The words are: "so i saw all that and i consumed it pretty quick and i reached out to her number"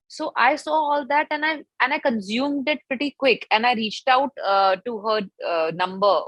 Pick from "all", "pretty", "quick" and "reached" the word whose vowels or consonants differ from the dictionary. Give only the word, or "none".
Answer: none